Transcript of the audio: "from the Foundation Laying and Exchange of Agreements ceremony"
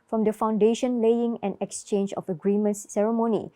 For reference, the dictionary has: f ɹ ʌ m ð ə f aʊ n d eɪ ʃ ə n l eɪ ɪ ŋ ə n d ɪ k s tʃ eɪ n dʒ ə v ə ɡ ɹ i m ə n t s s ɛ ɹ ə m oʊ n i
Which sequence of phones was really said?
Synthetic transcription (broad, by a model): f ɹ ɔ m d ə f aʊ n d eɪ ʃ ə n l eɪ ɪ ŋ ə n ɪ k s tʃ eɪ n dʒ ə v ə ɡ ɹ i m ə n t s s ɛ ɹ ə m oʊ n i